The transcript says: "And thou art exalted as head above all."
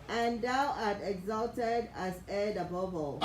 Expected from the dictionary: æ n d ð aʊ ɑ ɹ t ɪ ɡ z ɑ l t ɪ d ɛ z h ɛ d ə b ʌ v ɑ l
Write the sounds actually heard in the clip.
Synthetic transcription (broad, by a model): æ n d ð aʊ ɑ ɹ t ɪ ɡ z ɑ l t ɪ d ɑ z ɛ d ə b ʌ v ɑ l